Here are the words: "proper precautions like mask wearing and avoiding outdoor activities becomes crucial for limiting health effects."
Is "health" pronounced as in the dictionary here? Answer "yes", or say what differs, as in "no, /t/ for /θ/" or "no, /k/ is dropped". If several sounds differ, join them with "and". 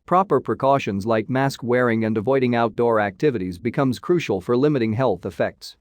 yes